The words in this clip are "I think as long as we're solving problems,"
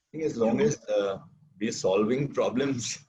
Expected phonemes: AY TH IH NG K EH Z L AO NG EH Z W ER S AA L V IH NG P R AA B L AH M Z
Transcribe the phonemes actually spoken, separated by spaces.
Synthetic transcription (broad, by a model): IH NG EH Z L AO NG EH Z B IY S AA L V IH NG P R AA B L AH M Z